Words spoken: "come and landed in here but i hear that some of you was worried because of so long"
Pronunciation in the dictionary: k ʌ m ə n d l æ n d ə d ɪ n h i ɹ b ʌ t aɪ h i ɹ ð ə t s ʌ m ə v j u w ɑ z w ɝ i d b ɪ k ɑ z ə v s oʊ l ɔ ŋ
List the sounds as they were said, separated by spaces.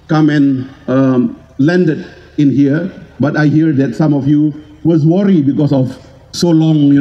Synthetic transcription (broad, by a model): k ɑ m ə n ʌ l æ n d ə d ɪ n h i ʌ b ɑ t aɪ h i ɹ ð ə t s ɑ m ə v j u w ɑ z w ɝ i b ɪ k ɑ s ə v s oʊ l ɔ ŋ